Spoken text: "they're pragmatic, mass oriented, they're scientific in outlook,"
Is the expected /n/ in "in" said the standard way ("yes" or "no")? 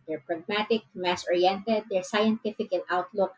no